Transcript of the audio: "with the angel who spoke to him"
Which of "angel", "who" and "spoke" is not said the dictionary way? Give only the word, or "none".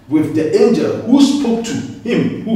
none